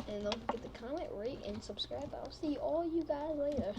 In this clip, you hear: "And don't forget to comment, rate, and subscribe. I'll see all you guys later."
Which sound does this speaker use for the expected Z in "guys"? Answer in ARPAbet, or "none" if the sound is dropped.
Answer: Z